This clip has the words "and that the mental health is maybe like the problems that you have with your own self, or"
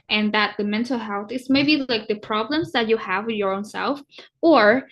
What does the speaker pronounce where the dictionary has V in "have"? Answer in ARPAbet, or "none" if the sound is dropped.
V